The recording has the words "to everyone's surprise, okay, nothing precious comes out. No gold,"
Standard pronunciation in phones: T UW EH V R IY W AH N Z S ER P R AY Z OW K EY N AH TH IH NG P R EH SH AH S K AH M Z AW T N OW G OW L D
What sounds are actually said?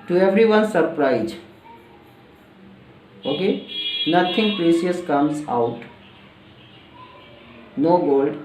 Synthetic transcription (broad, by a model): T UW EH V R IY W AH N S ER P R AY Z OW K EY N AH T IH NG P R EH S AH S K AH M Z AW T N OW G OW L D